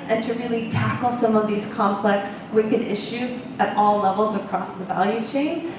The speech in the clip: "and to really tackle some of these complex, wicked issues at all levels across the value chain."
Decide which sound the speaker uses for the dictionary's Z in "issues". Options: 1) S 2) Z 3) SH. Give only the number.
2